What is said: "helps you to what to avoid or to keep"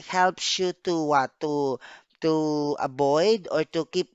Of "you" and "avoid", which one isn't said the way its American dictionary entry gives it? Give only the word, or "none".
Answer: avoid